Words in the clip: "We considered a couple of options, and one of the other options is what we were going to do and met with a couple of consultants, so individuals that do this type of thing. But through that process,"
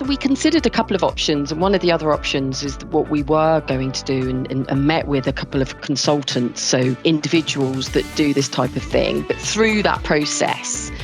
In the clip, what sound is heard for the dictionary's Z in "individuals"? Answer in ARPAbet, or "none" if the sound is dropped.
Z